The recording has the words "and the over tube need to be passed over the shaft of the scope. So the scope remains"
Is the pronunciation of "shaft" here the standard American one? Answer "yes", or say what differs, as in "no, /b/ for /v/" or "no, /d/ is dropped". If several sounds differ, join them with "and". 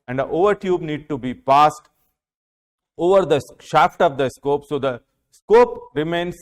yes